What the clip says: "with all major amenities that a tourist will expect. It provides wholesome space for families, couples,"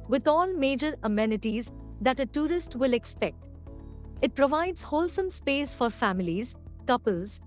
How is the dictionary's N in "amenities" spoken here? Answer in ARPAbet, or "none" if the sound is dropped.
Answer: N